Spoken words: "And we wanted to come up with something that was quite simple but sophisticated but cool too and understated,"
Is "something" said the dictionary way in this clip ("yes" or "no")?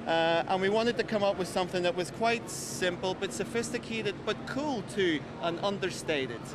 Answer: yes